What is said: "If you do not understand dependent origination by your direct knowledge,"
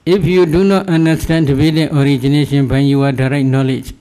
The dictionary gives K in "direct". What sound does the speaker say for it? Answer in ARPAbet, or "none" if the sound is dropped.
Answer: none